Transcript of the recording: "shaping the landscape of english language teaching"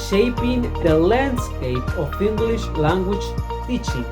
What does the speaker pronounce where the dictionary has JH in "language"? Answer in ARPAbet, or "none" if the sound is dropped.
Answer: CH